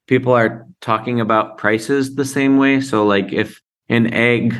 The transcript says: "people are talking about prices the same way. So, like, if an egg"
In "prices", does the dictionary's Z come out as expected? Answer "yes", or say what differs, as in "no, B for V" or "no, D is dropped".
yes